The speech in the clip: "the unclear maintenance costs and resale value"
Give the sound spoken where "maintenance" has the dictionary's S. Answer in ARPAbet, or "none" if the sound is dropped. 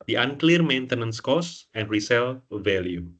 S